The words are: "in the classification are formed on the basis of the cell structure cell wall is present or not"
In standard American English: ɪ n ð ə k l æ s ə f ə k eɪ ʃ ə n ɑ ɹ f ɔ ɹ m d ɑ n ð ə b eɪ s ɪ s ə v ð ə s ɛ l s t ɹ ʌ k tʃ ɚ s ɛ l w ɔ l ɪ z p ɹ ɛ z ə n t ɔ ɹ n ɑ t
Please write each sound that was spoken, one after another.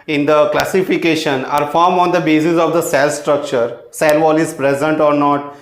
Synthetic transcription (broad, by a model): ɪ n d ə k l æ s ə f ə k eɪ ʃ ə n ɑ ɹ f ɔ ɹ m ɑ n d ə b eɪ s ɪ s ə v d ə s ɛ l s t ɹ ʌ k tʃ ɚ s ɛ l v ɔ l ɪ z p ɹ ɛ z ə n t ɔ ɹ n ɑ t